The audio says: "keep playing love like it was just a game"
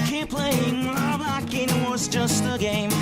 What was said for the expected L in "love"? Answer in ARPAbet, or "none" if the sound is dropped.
W